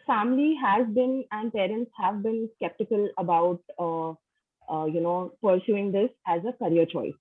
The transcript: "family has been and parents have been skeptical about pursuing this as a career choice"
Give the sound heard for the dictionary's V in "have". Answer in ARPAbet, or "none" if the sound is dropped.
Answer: V